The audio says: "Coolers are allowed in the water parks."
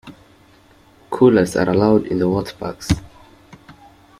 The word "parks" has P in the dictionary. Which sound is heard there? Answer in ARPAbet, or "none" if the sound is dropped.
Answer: B